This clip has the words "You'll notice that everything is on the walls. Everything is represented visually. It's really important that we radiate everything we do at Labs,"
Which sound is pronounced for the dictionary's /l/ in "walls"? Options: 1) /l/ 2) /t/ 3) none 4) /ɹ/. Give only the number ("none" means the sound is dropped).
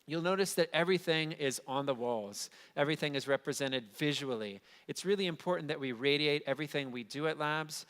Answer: 1